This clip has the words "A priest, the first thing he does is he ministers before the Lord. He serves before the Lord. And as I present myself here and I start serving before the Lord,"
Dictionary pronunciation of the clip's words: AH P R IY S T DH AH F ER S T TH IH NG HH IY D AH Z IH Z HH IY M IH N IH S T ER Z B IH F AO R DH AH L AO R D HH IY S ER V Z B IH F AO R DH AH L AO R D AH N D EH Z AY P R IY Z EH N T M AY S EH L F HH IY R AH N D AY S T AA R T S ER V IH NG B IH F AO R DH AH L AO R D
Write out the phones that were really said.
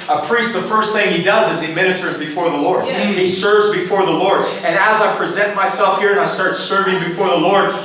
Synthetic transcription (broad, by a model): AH P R IY S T DH AH F ER S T TH IH NG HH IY D AH Z IH Z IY M IH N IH S T ER Z B IH F AO R DH AH L AO R D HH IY S ER V Z B IH F AO R DH AH L AO R D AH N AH Z AY P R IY Z EH N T M AY S EH L F HH IY R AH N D AY S T AA R T S ER V IH NG B IH F AO R DH AH L AO R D